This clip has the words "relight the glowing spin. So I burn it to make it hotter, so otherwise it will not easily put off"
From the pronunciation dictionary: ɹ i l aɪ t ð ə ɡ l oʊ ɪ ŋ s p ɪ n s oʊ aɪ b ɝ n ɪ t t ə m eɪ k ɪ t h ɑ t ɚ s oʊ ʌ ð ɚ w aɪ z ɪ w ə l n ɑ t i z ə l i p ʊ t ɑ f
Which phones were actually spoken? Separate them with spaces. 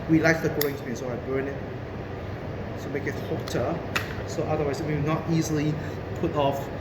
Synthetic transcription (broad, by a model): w i l aɪ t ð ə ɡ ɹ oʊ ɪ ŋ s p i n s oʊ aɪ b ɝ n ɪ t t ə m eɪ k ɪ t h ɑ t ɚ s oʊ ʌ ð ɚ w aɪ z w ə w n ɑ t i z ə l i p ʊ t ɑ f